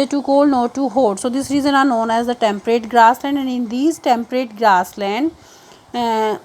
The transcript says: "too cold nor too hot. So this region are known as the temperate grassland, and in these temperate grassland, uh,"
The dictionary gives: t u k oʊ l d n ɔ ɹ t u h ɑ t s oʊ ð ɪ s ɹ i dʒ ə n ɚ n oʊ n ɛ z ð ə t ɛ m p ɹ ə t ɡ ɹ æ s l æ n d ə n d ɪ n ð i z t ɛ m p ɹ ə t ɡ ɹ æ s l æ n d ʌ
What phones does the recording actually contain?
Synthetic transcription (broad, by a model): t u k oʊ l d n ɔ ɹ t u h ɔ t s oʊ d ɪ s ɹ i z ə n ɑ n oʊ n ɛ z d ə t ɛ m p ɹ ə t ɡ ɹ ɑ s l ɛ n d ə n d ɪ n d i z t ɛ m p ɹ ə t ɡ ɹ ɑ s l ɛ n d